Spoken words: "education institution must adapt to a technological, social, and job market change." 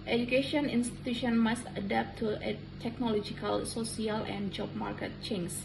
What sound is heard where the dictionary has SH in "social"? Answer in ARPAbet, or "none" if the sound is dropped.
S